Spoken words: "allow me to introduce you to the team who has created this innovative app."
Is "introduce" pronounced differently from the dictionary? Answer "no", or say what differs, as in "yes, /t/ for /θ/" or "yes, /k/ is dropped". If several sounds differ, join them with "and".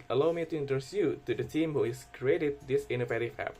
yes, /ɹ/ is dropped